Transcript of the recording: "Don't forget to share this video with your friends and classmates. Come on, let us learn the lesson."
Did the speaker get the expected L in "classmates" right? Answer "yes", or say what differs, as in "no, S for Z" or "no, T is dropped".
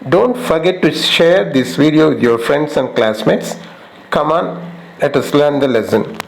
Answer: yes